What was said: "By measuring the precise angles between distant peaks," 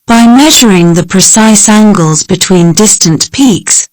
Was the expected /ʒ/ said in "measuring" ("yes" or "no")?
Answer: yes